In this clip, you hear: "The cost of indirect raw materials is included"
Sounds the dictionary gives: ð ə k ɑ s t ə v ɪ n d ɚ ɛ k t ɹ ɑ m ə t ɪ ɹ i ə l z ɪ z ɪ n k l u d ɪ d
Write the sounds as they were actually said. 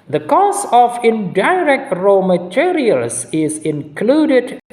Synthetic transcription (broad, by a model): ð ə k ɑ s ə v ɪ n d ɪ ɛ k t ɹ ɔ m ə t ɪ ɹ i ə l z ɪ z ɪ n k l u d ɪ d